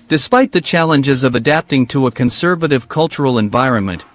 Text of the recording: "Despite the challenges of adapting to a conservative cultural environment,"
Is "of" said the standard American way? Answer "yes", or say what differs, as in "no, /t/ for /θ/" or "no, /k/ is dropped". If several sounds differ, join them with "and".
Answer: yes